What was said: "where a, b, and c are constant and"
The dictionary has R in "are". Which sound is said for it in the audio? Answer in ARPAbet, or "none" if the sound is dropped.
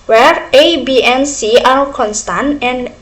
L